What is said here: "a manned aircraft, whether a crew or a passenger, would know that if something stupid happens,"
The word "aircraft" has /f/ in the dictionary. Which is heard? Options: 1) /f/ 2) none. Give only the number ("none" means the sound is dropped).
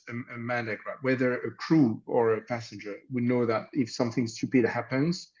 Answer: 2